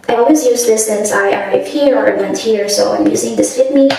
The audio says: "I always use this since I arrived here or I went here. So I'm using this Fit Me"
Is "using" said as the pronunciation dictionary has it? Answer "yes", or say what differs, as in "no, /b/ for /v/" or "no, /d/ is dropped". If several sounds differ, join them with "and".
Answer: yes